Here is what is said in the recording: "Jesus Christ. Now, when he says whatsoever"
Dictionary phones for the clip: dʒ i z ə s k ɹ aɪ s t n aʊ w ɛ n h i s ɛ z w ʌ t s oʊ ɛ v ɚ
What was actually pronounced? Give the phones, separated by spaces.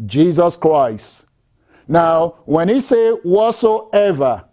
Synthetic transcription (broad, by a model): dʒ i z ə s k ɹ aɪ s t n aʊ w ɛ n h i s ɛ w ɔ t s oʊ ɛ v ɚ